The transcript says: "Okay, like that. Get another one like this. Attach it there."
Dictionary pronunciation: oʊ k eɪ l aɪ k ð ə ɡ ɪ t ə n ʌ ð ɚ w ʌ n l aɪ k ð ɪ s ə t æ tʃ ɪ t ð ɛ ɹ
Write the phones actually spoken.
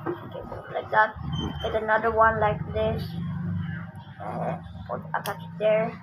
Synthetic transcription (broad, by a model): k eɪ l aɪ k ð ə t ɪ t ə n ʌ ð ɚ w ʌ n l aɪ k ð ɪ s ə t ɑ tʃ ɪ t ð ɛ ɹ